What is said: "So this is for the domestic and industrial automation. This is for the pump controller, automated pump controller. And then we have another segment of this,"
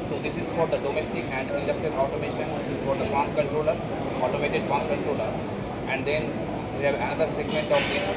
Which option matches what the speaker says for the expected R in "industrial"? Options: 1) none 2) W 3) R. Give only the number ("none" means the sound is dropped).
1